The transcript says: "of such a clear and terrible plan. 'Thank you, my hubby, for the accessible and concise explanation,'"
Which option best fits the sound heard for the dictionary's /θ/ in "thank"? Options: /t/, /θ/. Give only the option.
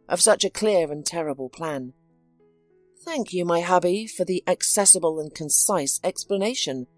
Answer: /θ/